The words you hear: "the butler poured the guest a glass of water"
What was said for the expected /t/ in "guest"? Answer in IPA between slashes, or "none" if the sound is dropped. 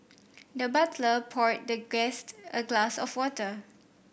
/t/